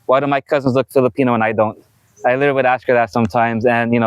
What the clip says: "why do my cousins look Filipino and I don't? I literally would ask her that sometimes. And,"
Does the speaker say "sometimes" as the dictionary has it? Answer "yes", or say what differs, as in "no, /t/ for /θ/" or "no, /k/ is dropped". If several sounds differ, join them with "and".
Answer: yes